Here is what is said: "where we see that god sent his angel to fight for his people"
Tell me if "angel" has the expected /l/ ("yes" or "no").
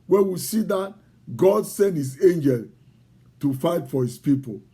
yes